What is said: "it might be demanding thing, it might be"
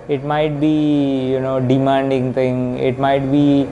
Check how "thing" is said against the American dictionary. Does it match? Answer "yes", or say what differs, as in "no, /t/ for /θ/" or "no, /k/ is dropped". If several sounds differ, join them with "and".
no, /t/ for /θ/